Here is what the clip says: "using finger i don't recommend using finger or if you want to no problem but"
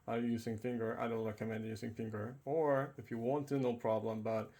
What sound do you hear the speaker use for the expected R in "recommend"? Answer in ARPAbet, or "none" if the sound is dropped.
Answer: R